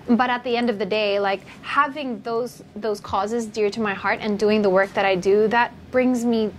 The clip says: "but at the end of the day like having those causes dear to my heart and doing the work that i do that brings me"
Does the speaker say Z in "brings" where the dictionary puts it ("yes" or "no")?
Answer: yes